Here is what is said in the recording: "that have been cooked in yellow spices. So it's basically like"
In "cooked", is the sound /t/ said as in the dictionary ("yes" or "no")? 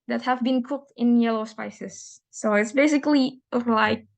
yes